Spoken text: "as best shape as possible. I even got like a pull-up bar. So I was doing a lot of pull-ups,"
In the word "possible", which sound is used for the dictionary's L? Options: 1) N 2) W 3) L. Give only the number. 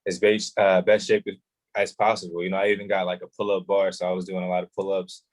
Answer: 1